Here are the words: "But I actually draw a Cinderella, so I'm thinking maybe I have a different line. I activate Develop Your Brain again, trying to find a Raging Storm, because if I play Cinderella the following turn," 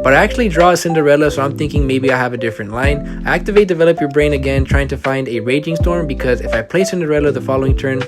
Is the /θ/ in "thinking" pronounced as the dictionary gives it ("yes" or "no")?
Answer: yes